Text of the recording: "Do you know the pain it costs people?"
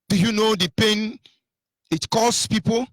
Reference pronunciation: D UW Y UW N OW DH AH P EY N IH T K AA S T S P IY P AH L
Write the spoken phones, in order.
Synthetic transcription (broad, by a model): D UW Y UW N OW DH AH P EY N IH T K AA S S P IY P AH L